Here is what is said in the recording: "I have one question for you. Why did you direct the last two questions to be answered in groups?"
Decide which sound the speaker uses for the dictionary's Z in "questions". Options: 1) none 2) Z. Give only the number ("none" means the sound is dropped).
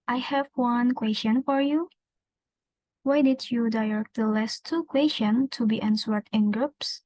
1